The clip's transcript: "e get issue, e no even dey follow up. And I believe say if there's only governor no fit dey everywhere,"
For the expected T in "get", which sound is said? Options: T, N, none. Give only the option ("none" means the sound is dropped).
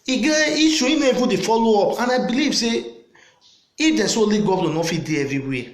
none